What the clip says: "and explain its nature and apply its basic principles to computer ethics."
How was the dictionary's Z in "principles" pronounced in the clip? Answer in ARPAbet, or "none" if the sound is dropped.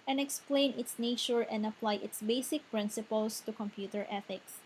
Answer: S